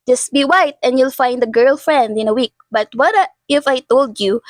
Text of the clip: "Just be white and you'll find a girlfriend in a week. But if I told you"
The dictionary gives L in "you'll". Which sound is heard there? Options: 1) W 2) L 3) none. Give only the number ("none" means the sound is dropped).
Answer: 2